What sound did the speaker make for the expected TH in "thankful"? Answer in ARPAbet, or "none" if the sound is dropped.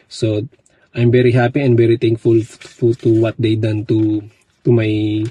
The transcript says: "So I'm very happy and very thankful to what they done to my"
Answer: T